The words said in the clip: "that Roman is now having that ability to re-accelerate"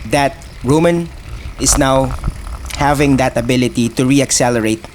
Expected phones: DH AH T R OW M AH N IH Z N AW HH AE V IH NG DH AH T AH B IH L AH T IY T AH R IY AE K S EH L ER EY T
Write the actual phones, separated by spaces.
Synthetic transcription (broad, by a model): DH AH T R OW M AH N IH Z N AW HH AE V IH NG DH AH T AH B IH L AH T IY T AH R IY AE K S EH L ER EY T